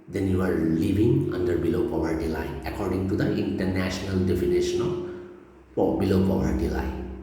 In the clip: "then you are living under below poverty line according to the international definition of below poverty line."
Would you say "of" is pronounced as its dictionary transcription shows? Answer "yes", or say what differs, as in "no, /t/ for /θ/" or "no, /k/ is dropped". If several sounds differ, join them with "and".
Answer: no, /p/ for /v/